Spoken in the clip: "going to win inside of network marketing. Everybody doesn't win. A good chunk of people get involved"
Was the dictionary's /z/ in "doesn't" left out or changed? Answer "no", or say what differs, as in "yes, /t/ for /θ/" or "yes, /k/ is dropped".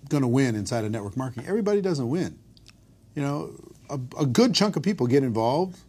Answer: no